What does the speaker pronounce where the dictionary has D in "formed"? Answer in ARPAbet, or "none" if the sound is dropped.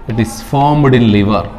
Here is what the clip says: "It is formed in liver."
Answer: D